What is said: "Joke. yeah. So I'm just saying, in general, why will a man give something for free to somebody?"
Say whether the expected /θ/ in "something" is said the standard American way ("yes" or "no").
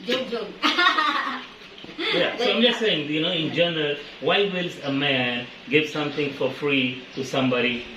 no